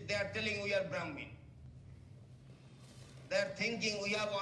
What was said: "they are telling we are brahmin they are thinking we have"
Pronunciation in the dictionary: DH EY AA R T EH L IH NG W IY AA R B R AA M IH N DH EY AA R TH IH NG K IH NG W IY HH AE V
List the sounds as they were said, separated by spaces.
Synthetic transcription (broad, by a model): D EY AA R T EH L IH NG W IY AA R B R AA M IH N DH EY AA R T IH NG K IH NG W IY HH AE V